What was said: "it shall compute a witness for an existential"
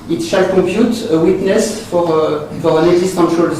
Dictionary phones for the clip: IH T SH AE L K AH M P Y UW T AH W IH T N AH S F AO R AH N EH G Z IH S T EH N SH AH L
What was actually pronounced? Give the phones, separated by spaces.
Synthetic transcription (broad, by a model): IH T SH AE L K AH P Y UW T AH W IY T N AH S F AO R AH N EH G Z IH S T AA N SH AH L